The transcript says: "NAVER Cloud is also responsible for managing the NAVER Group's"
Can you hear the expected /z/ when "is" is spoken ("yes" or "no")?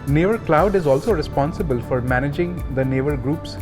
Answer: yes